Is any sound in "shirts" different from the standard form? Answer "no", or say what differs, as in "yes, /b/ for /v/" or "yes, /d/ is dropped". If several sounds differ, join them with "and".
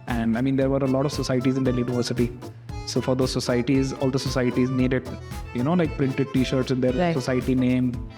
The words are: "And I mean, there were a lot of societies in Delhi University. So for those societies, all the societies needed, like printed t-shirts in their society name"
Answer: no